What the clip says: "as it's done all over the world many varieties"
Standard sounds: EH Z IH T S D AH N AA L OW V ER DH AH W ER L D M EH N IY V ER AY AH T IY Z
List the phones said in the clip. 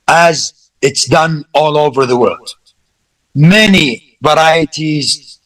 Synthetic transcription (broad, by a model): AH Z IH T S D AH N AA L OW V ER DH AH W ER L D M EH N IY V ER AY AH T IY Z